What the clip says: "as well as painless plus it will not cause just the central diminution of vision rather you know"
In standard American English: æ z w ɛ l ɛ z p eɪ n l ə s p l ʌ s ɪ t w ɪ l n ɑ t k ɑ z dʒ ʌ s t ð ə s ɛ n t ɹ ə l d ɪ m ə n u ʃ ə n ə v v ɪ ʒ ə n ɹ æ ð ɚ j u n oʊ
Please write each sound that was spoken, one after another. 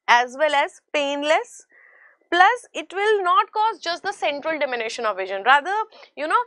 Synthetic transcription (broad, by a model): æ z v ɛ l ɛ z p eɪ n l ə s p l ʌ s ɪ t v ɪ l n ɑ t k ɑ z dʒ ʌ s t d ə s ɛ n t ɹ ə l d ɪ m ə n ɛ ʃ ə n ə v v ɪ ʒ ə n ɹ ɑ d ɚ j u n oʊ